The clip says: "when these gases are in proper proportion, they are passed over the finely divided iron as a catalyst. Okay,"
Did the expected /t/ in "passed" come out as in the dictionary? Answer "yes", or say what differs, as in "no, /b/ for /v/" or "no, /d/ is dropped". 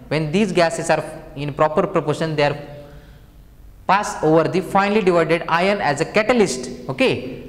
no, /t/ is dropped